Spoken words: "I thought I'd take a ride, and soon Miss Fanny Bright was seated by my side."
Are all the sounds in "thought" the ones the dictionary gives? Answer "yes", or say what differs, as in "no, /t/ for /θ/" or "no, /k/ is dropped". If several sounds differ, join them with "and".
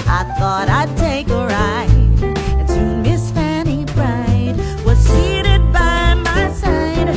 yes